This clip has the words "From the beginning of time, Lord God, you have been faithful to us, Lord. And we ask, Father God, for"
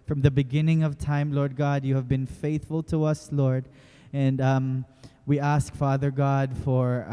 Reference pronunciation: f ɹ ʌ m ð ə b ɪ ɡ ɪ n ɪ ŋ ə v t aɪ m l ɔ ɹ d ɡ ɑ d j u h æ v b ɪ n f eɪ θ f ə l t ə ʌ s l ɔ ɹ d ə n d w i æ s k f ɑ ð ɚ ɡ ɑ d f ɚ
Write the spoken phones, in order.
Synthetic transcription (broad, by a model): f ɹ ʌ m ð ə b ɪ ɡ ɪ n ɪ ŋ ə v t aɪ m l ɔ ɹ d ɡ ɑ d j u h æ v b ɪ n f eɪ θ f ə l t ə ʌ s l ɔ ɹ d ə n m w i æ s k f ɑ ð ɚ ɡ ɑ d f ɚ